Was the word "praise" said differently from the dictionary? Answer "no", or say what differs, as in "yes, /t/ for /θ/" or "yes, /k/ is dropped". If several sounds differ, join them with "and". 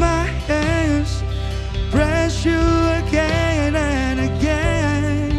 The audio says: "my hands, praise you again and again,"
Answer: yes, /b/ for /p/